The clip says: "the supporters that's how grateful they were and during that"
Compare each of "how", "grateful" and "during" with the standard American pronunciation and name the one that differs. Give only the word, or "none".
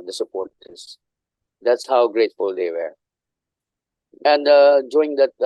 during